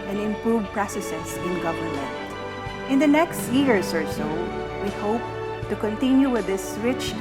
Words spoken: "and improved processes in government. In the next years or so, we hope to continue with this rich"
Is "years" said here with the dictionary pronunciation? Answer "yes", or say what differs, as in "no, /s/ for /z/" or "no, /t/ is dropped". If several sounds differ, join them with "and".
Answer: no, /s/ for /z/